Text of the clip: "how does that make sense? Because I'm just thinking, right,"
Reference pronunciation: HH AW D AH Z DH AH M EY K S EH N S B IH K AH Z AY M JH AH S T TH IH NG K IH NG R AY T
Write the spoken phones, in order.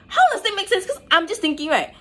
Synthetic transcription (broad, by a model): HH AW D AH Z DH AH M EY K S EH N S K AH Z AY M JH AH S T TH IH NG K IH NG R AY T